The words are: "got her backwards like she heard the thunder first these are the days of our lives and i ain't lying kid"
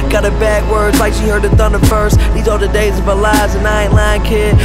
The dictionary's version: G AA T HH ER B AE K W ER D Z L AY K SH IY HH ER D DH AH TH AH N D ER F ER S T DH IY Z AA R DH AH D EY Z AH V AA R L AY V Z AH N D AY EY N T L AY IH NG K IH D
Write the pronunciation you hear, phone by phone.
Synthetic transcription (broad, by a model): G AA T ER B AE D W ER D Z L AY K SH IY HH ER D DH AH TH AH N D ER F ER S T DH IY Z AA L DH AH D EY Z AH V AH L AY Z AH N AY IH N L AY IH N K IH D